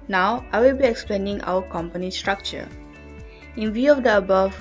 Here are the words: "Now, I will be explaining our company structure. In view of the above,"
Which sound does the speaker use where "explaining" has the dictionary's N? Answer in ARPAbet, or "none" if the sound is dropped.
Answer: N